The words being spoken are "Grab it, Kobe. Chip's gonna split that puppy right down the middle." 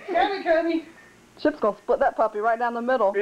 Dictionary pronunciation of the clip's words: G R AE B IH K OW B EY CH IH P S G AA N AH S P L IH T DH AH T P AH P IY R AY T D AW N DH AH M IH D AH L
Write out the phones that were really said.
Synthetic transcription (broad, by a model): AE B IH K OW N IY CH IH P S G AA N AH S P UH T DH AH T P AH P IY R AY T D AW N DH AH M IH D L